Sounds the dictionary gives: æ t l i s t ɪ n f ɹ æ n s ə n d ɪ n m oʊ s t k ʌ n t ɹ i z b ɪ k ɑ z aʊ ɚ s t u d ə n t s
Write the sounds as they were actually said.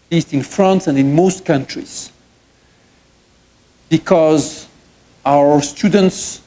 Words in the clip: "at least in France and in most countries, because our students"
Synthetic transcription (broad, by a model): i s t ɪ n f ɹ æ n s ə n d ɪ n m oʊ s t k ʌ n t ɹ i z b ɪ k ɑ z aʊ ɚ s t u d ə n t s